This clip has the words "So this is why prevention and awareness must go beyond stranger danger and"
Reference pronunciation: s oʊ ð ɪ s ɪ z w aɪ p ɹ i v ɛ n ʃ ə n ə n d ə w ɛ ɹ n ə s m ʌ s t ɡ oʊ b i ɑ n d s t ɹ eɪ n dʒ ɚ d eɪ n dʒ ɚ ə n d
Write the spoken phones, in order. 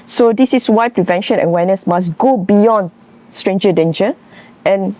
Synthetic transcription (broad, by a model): s oʊ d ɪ s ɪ s w aɪ p ɹ i v ɛ n ʃ ə n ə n w ɛ n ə s m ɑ s ɡ oʊ b i ɑ n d s t ɹ eɪ n dʒ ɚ d eɪ n dʒ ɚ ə n